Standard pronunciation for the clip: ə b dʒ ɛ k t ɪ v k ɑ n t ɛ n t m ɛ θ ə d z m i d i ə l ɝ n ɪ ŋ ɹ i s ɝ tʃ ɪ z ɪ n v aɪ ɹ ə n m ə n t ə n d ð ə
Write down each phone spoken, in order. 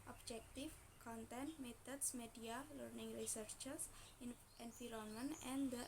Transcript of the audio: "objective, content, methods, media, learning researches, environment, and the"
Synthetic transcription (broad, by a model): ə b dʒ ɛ k t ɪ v k ɑ n t ɛ n t m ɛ t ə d s m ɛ d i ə l ɝ n ɪ ŋ ɹ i s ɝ tʃ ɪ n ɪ n f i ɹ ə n m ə n ə n d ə